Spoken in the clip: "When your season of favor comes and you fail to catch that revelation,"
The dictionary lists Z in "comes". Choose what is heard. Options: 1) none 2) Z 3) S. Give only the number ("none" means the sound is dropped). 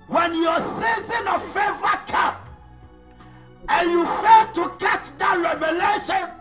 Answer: 1